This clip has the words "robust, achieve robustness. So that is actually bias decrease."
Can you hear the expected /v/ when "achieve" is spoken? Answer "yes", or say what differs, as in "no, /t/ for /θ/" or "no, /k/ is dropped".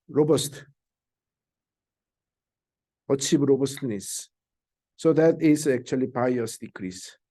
no, /b/ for /v/